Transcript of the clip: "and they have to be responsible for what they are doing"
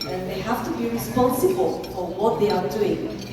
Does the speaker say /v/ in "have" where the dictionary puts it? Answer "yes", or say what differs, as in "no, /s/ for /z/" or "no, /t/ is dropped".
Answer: no, /f/ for /v/